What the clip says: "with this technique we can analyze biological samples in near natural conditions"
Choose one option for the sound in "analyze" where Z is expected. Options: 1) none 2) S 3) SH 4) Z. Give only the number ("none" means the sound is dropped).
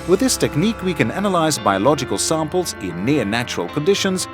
4